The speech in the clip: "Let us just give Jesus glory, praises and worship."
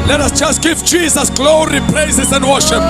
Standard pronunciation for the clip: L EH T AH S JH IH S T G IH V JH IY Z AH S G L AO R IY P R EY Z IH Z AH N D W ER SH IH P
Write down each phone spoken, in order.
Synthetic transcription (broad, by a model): L EH T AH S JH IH S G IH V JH IY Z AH S G L AO R IY P L EY S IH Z AH N D W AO SH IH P